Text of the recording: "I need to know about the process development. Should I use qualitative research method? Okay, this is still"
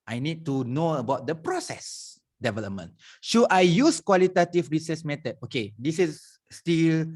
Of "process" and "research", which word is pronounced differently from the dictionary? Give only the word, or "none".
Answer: research